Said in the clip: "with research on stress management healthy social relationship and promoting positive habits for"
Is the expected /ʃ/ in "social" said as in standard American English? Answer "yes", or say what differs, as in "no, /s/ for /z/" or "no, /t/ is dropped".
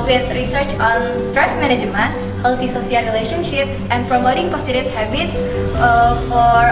no, /s/ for /ʃ/